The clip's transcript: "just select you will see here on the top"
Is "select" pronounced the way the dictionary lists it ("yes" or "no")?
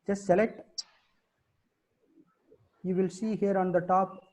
yes